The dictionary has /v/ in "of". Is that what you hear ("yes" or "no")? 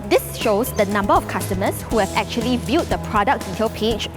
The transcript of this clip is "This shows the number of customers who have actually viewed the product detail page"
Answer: no